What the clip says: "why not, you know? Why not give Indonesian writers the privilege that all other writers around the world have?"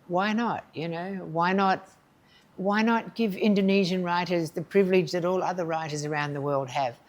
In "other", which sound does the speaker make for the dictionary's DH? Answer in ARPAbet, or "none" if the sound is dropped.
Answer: DH